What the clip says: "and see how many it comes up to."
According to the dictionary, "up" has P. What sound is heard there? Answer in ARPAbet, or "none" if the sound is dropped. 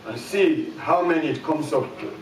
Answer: F